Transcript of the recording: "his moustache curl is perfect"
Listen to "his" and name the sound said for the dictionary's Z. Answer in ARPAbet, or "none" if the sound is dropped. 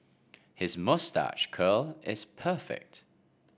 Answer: Z